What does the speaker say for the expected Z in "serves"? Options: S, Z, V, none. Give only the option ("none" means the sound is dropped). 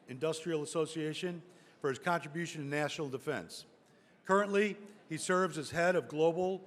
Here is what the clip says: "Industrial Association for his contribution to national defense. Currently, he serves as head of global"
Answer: Z